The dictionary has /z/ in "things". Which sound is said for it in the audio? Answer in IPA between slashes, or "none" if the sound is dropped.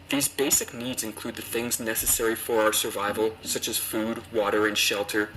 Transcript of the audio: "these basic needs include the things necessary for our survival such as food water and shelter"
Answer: /z/